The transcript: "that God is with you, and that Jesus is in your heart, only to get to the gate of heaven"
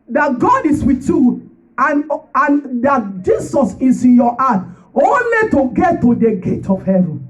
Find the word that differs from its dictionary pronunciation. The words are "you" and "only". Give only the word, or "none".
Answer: none